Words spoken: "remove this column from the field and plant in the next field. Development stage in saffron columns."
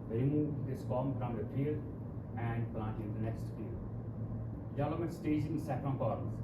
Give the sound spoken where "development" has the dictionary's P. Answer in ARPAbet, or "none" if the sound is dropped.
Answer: none